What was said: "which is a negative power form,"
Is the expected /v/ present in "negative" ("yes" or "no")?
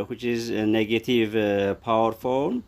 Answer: yes